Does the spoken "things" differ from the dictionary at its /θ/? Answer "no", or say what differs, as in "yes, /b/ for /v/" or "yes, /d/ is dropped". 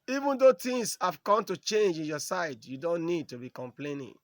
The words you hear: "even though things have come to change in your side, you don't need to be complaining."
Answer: yes, /t/ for /θ/